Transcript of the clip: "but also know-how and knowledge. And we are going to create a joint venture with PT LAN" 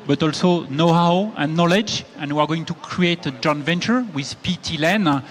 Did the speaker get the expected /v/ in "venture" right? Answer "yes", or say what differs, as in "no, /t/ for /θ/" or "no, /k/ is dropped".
yes